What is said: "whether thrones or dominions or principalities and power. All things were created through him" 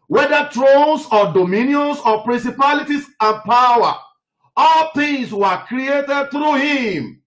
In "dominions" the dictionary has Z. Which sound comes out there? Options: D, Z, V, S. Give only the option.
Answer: S